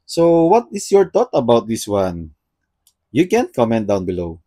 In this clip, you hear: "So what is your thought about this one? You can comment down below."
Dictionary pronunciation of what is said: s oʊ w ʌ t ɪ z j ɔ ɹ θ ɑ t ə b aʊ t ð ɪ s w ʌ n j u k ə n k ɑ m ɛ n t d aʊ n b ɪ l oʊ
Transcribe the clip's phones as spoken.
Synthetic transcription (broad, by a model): s oʊ w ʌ t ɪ s j ɔ ɹ t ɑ t ə b aʊ t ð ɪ s w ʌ n j u k ə n k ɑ m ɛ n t d aʊ n b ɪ l oʊ